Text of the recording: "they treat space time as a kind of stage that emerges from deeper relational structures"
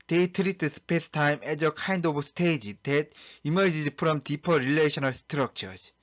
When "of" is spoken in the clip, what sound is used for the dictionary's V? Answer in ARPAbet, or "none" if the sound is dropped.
B